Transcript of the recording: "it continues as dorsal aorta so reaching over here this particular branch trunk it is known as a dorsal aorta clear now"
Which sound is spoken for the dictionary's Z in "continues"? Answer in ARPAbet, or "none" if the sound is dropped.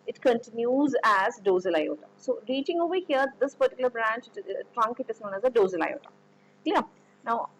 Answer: Z